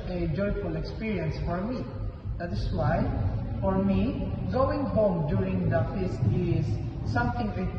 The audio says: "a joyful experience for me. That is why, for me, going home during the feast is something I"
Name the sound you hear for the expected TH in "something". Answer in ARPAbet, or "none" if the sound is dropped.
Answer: T